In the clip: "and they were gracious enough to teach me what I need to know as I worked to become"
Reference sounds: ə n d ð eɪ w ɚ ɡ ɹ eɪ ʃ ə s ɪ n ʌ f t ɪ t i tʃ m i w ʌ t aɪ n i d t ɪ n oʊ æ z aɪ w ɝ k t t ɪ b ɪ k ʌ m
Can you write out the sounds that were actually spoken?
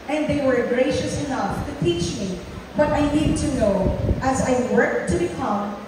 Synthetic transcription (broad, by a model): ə n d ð eɪ w ɚ ɡ ɹ eɪ ʃ ə s ɪ n ʌ f t ɪ t i tʃ m i w ʌ t aɪ n i d t ɪ n oʊ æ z aɪ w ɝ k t t ɪ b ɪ k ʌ m